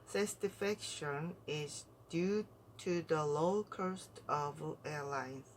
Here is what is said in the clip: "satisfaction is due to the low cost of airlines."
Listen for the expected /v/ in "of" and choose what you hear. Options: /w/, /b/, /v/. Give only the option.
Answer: /v/